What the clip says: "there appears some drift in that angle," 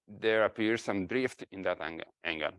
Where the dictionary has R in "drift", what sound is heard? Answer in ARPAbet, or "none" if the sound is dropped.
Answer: R